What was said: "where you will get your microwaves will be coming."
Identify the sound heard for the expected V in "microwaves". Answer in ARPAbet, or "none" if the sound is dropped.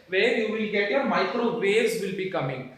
none